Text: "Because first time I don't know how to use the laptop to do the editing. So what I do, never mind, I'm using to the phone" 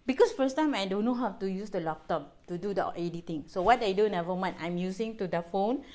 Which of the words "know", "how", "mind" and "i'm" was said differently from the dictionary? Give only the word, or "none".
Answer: mind